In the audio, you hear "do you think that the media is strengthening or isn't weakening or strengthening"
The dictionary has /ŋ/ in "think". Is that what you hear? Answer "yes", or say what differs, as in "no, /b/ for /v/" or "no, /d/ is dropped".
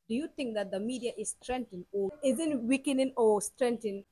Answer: yes